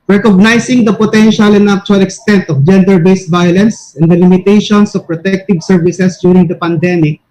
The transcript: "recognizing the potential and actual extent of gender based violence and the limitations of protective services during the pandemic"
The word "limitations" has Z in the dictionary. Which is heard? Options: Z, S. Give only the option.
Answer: S